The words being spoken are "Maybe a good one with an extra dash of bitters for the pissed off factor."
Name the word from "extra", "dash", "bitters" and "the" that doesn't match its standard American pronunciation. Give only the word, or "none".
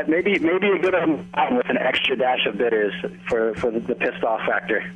none